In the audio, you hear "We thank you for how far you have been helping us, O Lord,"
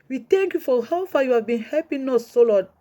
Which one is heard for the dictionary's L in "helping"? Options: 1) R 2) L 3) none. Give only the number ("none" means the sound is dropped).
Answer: 3